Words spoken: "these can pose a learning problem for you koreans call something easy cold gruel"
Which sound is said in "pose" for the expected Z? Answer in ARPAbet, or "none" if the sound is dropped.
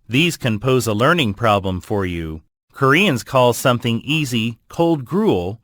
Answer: Z